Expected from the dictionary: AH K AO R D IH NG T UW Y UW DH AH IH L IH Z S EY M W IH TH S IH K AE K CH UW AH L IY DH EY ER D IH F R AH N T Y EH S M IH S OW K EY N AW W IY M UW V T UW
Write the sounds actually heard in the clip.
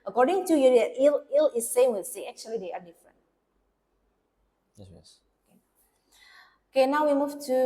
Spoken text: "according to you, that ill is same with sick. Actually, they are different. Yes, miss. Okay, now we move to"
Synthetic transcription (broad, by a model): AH K AO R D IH NG T UW Y UW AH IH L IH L S EY M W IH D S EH AE K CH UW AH L IY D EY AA D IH F R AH N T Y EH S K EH OW K EY N AW W IY M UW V T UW